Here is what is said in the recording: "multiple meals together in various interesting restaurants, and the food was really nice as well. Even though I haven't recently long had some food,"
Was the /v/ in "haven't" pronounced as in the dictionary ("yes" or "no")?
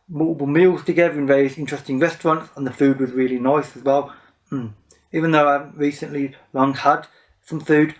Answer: no